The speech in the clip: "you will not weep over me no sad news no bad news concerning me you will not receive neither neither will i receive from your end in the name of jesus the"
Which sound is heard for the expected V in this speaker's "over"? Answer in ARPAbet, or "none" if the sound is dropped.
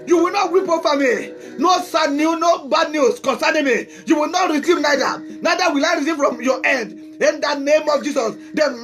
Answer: F